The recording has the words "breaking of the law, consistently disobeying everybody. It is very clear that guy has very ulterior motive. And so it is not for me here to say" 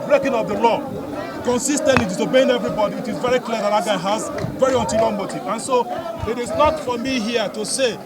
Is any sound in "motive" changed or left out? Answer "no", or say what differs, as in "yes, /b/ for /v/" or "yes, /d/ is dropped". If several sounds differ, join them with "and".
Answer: yes, /v/ is dropped